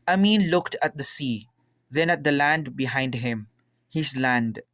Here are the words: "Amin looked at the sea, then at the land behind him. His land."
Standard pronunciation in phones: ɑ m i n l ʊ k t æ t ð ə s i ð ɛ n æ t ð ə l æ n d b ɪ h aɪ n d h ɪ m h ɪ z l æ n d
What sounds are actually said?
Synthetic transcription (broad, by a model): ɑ m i n l ʊ k t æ t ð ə s i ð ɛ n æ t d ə l æ n d b ɪ h aɪ n d h ɪ m h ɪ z l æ n d